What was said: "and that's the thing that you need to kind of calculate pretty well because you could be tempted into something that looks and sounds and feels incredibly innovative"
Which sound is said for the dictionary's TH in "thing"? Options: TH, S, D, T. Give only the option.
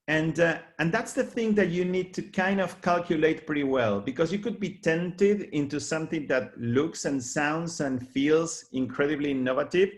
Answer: TH